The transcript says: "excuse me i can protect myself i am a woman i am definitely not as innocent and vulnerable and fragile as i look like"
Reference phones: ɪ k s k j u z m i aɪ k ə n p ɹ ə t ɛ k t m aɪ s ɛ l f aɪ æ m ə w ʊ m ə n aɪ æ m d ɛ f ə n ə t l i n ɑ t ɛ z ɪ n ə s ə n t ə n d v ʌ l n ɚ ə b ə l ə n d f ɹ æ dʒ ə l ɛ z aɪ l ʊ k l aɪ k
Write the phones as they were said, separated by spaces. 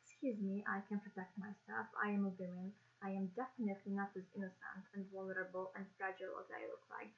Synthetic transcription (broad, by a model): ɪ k s k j u z m i aɪ k ə n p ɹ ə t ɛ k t m aɪ s ɛ l f aɪ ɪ m ə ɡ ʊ ə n aɪ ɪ m d ɛ f ə n ə t l i n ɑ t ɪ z ɪ n ə s ə n t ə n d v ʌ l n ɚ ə b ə l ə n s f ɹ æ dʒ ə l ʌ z aɪ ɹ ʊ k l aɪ